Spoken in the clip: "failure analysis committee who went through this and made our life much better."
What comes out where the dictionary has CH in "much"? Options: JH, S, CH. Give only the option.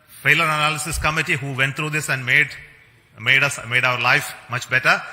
CH